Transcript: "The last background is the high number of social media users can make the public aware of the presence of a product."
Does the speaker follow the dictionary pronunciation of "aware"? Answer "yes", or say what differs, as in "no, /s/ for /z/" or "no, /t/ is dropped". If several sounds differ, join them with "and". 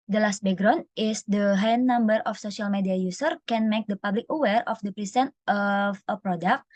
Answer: yes